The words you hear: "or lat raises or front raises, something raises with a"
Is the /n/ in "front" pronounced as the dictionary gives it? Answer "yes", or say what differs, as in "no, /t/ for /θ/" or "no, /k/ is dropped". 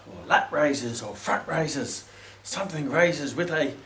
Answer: no, /n/ is dropped